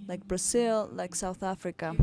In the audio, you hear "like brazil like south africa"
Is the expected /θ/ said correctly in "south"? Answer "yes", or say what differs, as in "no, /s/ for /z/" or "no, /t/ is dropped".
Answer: yes